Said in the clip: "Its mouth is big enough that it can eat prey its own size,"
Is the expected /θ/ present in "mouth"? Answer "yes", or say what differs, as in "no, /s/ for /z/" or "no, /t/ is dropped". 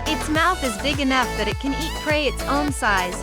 yes